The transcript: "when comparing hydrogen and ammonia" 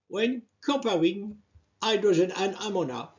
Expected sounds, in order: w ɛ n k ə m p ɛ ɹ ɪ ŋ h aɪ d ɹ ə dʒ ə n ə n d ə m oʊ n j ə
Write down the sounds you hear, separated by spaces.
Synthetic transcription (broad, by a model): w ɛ n k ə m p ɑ w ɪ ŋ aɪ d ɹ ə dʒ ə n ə n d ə m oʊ n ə